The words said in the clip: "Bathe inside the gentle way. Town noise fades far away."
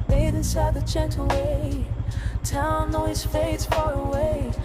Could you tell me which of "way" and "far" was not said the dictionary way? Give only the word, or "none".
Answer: none